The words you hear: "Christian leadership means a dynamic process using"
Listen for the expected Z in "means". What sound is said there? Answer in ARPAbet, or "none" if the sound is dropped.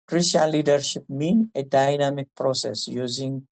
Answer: none